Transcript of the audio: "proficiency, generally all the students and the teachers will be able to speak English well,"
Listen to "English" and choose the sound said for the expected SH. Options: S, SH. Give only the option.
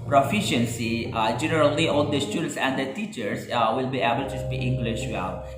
SH